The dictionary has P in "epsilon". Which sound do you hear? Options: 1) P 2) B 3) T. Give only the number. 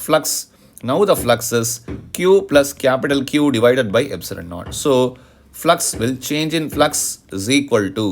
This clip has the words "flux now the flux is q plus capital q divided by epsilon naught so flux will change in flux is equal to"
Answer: 2